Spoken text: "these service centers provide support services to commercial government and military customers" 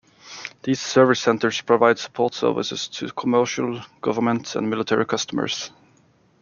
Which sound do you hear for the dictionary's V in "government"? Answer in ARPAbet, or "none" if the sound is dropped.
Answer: V